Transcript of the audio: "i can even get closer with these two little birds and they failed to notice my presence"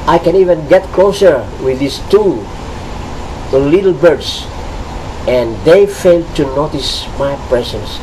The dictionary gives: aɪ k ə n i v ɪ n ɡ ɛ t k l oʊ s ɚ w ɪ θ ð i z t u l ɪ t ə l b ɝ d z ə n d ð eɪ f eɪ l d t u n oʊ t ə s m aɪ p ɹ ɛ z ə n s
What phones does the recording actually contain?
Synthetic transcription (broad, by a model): aɪ k ə n i v ɪ n ɡ ɛ t k l oʊ s ɚ w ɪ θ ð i s t u l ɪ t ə l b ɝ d s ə n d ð eɪ f eɪ l d t u n oʊ t ə s m aɪ p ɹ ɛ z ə n s